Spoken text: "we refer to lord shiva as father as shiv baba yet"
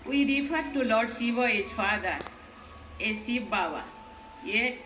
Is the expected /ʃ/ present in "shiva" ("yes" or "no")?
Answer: no